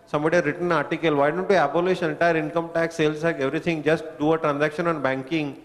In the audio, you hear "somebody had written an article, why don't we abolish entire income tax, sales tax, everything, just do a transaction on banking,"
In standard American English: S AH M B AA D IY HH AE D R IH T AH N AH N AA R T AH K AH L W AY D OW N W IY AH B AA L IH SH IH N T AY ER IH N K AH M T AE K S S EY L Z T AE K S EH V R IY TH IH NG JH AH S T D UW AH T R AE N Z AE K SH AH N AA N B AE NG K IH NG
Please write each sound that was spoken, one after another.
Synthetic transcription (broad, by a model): S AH M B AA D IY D R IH T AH AH N AA R T AH K AH L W AY D OW N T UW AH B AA L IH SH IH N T AY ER IH N K AH M T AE K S S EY L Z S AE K EH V R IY T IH NG JH AH S T D UW AH T R AE N Z AE K SH AH N AA N B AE NG K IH NG